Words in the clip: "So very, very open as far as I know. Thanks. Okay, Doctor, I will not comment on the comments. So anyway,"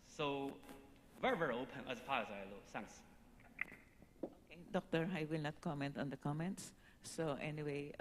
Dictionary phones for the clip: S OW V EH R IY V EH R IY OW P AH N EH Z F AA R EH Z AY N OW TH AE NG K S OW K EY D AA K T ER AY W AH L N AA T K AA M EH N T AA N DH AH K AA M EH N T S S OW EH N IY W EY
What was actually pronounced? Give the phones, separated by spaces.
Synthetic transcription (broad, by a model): S OW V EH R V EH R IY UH P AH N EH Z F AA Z AY L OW S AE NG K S OW K EY D AA K T ER AY W AH L N AA T K AA M EH N T AA N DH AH K AA M EH N T S S OW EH N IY W EY